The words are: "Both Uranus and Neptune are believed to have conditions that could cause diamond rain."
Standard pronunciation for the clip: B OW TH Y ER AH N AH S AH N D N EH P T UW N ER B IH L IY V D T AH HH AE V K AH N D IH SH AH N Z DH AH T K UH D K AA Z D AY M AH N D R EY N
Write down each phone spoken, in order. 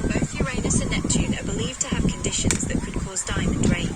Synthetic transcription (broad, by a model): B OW TH Y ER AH N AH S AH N N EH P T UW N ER B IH L IY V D T AH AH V K AH N D IH SH AH N Z DH AH T K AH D K AA Z D AY M AH N D R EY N